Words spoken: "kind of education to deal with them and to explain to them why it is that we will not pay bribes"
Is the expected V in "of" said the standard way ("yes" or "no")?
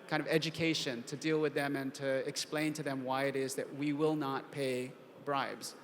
yes